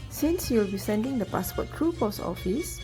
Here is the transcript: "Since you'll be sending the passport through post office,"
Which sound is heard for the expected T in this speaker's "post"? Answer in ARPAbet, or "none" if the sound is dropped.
none